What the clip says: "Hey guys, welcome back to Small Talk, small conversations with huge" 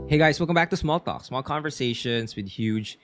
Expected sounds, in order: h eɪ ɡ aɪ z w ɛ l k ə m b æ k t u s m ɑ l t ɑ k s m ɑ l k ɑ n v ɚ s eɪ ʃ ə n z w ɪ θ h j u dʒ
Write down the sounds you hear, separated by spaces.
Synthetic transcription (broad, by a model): h eɪ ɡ aɪ s w ɛ l k ə m b æ k t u s m ɑ l t ɑ k s m ɑ l k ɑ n v ɚ s eɪ ʃ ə n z w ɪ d h j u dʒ